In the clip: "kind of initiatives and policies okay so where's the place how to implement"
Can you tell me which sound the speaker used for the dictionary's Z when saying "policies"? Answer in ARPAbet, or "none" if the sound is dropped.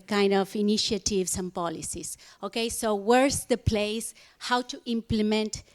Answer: S